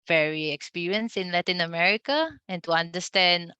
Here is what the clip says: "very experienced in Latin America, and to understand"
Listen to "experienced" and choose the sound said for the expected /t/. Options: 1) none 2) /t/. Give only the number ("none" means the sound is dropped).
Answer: 1